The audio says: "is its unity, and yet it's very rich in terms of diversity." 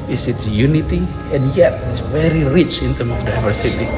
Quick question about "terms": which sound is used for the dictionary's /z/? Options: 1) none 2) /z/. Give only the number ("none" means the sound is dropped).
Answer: 1